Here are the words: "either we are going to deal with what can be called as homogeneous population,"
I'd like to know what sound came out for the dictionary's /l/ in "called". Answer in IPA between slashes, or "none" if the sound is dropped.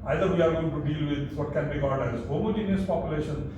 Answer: /n/